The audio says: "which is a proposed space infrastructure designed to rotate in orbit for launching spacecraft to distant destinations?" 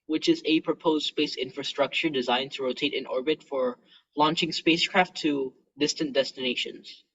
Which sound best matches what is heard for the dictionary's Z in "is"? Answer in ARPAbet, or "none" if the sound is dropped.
Z